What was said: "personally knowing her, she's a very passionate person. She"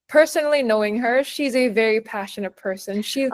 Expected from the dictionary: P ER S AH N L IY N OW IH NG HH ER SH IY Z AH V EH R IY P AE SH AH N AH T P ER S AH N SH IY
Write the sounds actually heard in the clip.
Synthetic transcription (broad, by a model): P ER S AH N L IY N OW IH NG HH ER SH IY Z AH V EH R IY P AE SH AH N AH T P ER S AH N SH IY